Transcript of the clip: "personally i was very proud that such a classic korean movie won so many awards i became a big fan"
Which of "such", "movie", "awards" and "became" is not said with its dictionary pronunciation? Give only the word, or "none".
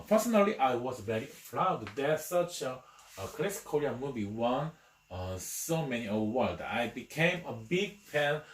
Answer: awards